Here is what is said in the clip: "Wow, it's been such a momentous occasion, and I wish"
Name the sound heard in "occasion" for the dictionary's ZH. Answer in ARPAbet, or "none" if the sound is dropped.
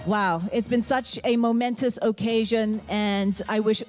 ZH